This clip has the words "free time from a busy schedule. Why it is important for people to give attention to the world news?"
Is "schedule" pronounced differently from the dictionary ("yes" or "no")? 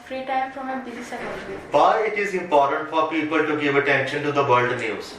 yes